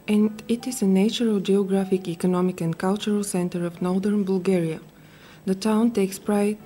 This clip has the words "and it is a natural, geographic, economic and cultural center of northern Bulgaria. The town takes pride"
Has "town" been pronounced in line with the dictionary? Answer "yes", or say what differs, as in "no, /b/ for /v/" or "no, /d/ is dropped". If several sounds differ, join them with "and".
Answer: yes